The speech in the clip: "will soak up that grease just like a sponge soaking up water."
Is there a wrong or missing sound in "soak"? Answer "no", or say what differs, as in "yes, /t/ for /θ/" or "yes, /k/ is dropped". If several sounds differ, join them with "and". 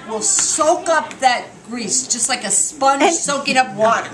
no